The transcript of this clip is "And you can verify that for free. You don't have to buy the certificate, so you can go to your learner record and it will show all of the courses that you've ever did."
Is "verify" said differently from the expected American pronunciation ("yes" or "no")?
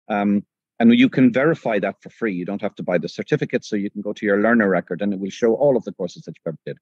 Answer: no